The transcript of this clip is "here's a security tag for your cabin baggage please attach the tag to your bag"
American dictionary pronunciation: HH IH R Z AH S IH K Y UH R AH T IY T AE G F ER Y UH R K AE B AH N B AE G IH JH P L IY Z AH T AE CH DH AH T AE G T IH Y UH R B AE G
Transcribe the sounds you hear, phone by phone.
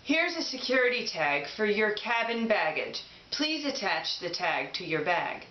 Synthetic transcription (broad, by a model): HH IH R Z AH S IH K Y UH R AH T IY T AE G F ER Y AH R K AE B AH N B AE G IH JH P L IY Z AH T AE CH DH AH T AE G T IH Y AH R B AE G